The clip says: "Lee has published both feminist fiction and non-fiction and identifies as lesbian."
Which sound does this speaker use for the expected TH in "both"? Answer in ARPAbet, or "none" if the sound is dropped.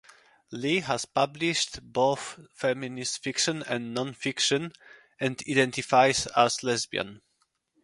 TH